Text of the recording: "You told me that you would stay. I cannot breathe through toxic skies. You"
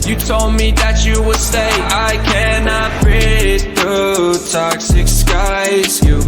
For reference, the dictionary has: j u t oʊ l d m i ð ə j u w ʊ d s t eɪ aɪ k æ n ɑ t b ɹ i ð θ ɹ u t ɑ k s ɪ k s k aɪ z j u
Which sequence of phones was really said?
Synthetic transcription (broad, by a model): j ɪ t oʊ l d m i ð ə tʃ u w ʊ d s t eɪ aɪ k æ n ɑ t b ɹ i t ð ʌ t ɑ k s ɪ k s k aɪ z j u